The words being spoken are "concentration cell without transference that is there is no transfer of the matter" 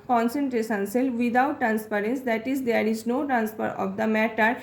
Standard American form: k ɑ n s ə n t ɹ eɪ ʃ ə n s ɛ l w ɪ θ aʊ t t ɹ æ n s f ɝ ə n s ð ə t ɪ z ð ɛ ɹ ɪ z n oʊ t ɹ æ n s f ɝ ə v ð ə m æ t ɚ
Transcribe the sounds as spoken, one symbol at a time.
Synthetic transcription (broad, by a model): k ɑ n s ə n t ɹ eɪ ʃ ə n s ɛ l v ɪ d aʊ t t ɹ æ n s p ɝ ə n s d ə t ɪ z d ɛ ɹ ɪ z n oʊ t ɹ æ n s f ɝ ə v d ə m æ t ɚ